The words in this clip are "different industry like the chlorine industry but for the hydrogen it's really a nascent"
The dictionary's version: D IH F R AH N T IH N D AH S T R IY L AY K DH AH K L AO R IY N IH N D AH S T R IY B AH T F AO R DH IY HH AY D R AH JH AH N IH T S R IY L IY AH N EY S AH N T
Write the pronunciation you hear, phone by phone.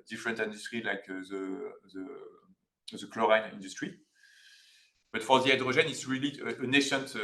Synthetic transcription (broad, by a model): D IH F R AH N T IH N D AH S T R IY L AY K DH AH K L AO R IY N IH N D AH S T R IY B AH T F AO R DH IY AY D R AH ZH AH N IH T S R IY L IY AH N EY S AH N T